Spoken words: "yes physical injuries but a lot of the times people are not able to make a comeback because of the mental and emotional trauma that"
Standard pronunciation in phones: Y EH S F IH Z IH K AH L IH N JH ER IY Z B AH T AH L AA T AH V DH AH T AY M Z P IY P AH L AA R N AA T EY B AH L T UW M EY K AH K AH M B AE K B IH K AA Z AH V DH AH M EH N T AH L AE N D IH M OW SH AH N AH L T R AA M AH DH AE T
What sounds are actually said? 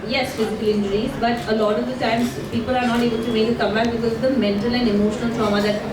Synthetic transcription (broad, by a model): Y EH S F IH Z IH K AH L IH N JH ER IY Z B AH T AH L AA T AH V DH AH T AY M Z P IY P AH L AA R N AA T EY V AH N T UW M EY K AH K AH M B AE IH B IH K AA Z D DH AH M EH N T AH L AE N D IH M OW SH AH N AH L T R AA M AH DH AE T